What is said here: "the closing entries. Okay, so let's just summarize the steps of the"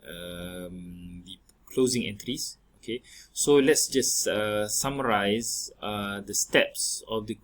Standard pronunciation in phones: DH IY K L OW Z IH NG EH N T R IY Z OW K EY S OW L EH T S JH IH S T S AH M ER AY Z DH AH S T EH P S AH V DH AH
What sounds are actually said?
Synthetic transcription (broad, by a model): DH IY K L OW Z IH NG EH N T R IY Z OW K EY S OW L EH T S JH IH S S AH M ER AY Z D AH S T EH P S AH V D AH